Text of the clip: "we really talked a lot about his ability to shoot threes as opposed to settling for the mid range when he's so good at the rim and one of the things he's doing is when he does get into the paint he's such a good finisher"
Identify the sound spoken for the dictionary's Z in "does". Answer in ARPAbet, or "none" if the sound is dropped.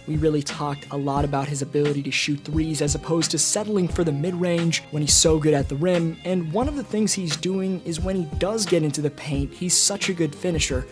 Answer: Z